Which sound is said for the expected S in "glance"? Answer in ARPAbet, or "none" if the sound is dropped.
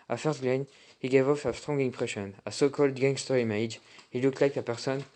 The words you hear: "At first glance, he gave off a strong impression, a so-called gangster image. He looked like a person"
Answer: none